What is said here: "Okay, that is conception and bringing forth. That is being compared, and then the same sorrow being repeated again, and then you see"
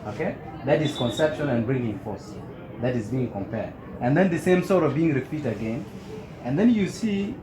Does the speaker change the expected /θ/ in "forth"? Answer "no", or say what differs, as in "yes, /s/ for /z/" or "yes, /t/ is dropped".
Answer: yes, /s/ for /θ/